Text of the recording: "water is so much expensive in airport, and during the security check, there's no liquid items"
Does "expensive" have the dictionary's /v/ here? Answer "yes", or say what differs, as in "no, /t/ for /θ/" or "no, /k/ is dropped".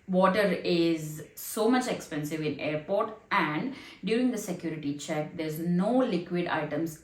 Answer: yes